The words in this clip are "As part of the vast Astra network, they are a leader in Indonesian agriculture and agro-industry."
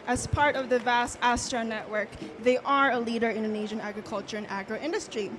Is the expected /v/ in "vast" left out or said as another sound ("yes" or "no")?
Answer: no